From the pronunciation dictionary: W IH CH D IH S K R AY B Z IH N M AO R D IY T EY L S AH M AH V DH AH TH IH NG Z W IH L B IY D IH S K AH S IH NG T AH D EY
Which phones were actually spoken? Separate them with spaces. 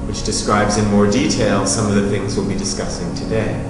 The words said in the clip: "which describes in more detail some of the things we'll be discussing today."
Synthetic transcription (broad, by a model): W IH CH D IH S K R AY B Z IH N M AO R D IY T EY L S AH M AH V DH AH TH IH NG Z W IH L B IY D IH S K AH S IH NG T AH D EY